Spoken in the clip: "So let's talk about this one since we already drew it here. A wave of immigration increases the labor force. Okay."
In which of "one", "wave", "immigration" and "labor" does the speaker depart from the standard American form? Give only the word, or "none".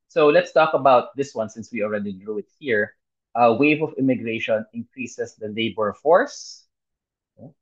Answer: none